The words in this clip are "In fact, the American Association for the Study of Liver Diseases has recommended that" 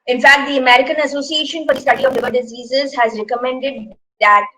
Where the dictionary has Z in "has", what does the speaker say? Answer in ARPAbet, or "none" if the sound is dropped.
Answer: Z